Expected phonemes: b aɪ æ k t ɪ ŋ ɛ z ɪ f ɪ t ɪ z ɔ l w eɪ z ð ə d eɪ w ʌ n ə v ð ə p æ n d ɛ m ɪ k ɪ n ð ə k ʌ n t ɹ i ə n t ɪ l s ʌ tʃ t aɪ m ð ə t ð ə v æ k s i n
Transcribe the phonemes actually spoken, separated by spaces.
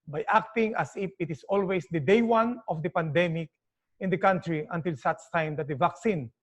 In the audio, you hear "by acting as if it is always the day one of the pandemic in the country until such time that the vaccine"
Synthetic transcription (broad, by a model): b aɪ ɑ k t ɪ ŋ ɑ s ɪ f ɪ t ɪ s ɔ l w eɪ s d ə d eɪ w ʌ n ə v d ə p æ n d ɛ m ɪ k ɪ n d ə k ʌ n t ɹ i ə n t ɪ l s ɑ s t aɪ m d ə t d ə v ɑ k s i n